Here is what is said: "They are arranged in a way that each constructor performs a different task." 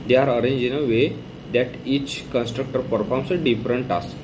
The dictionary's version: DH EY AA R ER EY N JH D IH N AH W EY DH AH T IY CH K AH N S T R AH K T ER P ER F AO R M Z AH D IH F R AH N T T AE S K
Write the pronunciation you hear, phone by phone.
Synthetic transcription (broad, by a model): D EY AA R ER EY N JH IH N AH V EY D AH T IY CH K AH N S T R AH K T ER P ER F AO R M S AH D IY F R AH N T T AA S